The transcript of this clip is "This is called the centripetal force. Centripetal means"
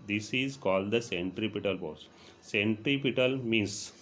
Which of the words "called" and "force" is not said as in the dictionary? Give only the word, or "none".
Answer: force